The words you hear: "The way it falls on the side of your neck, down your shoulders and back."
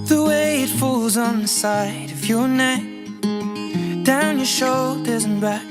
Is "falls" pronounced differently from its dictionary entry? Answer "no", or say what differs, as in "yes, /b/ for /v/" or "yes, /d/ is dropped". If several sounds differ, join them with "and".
no